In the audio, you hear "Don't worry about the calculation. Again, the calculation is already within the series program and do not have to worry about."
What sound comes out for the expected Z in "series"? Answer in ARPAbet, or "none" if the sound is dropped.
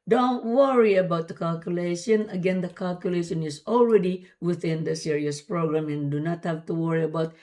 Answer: S